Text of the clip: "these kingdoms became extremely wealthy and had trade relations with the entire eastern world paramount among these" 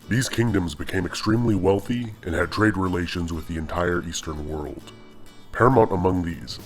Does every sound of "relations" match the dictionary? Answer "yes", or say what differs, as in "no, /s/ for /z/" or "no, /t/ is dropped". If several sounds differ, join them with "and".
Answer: yes